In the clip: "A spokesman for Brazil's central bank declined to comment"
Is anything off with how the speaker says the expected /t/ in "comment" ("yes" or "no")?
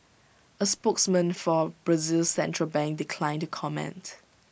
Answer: no